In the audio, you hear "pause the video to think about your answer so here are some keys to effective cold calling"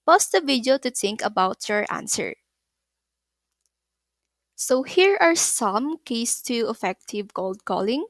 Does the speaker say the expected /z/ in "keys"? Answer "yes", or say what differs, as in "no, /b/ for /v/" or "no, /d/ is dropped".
no, /s/ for /z/